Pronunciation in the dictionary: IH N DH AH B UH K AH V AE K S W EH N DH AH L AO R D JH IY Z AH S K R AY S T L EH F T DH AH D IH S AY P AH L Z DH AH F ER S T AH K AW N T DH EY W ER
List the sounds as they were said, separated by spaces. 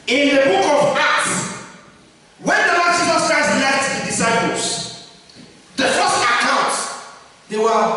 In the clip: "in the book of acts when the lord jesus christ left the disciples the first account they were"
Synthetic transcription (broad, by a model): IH N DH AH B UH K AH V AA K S W EH N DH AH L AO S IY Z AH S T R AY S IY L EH T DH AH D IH S AY P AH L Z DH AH F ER S T AH K AW N T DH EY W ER